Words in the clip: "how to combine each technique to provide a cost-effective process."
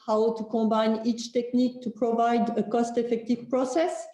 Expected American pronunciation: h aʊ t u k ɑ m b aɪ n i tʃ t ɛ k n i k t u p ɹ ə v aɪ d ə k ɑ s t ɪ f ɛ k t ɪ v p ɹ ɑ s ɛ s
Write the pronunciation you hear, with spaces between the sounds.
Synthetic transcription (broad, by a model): h aʊ t u k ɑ b aɪ n i tʃ t ɛ k n i k t u p ɹ ə v aɪ d ə k ɑ s t ɪ f ɛ k t ɪ v p ɹ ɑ s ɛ s